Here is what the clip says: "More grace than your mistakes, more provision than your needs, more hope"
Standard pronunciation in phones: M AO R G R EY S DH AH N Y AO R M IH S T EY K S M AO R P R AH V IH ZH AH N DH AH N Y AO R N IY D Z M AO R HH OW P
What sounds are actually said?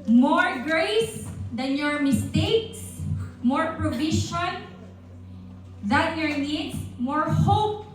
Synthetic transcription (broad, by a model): M AO R G R EY S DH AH N Y AO R M IH S T EY K S M AO R P R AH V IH SH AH N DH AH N Y AO R N IY D S M AO R HH OW P